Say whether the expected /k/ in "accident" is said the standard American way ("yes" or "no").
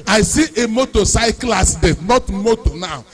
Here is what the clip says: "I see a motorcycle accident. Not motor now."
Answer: no